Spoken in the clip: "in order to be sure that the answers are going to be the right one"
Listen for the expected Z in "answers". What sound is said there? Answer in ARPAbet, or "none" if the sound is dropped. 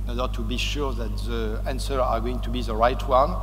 none